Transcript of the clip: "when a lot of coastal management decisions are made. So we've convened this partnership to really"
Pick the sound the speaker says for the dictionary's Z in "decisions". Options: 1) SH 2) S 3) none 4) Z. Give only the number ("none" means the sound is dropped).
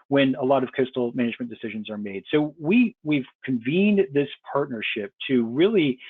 4